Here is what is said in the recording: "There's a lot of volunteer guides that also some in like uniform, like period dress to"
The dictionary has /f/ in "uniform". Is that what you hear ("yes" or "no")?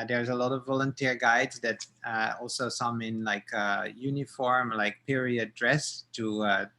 yes